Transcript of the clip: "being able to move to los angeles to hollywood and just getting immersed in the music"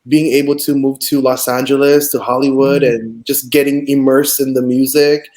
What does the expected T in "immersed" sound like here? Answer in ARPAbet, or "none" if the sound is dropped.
none